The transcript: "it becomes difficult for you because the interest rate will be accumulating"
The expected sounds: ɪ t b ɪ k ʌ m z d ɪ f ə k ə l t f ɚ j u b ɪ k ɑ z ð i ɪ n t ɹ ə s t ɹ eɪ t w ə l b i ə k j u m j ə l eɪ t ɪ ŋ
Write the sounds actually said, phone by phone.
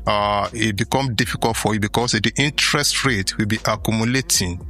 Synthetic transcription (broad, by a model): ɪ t b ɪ k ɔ m d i f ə k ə l t f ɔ j u b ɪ k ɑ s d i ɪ n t ɹ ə s t ɹ eɪ t w ə l b i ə k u m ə l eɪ t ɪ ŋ